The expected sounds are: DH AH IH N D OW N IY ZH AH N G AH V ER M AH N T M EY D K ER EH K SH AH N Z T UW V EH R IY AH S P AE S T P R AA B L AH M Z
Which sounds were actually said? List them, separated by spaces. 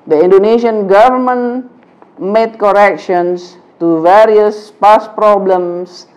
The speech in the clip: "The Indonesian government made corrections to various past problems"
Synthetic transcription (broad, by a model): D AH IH N D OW N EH SH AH N G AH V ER M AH N M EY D K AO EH K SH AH N S T UW V EH R IY AH S P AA S P R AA B L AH M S